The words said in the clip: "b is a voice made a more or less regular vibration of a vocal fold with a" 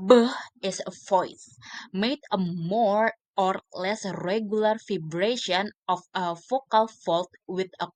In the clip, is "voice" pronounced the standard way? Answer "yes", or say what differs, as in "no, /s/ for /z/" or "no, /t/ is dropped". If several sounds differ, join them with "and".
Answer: no, /f/ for /v/